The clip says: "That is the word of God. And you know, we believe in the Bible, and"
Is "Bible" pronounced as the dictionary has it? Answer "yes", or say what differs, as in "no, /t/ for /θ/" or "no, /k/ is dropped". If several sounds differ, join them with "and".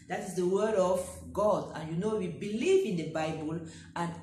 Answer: yes